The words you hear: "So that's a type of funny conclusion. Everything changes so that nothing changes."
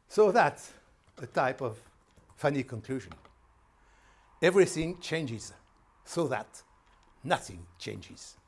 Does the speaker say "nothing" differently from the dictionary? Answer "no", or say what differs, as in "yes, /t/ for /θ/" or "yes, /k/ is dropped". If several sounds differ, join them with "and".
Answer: no